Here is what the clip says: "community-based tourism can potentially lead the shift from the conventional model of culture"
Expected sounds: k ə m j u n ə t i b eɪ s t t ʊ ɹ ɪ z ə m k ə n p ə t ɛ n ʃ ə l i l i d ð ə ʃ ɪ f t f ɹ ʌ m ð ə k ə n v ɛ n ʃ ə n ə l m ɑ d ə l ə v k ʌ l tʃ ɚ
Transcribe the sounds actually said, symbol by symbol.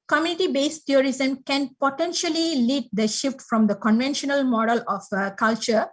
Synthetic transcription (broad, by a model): k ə m j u n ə t i b eɪ s t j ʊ ɹ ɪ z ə m k ə n p ə t ɛ n ʃ ə l i l i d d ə ʃ ɪ f t f ɹ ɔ m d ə k ə n v ɛ n ʃ ə n ə l m ɑ d ə l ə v k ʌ l tʃ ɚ